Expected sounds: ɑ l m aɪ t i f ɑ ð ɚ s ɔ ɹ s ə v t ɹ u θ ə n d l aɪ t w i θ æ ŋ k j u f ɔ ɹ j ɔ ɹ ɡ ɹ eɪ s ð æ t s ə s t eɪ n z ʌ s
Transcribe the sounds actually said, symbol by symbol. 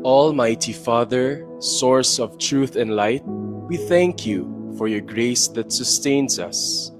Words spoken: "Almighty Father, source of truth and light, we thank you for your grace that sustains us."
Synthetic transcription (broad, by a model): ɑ l m aɪ t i f ɑ ð ɚ s ɔ ɹ s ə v t ɹ u θ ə n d l aɪ t w i θ æ ŋ k j u f ɔ ɹ j ɔ ɹ ɡ ɹ eɪ s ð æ t s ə s t eɪ n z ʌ s